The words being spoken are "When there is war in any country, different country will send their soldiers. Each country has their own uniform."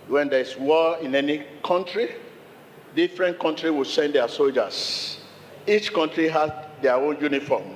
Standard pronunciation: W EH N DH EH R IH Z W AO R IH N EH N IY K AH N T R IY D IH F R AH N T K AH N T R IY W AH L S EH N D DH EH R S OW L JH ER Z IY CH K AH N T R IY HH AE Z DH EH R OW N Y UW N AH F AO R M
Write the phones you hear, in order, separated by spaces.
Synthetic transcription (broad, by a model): W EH N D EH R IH S W AO IH N EH N IY K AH N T R IY D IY F R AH N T K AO N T R IY W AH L S EH N D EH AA S OW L JH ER S IY CH K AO N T R IY HH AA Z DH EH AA OW N Y UW N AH F AO M